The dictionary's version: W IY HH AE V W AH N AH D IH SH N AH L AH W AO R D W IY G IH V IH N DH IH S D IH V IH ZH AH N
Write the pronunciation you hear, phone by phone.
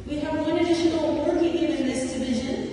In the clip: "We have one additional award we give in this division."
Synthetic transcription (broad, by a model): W IY HH AE V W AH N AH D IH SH AH N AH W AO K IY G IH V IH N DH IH S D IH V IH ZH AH N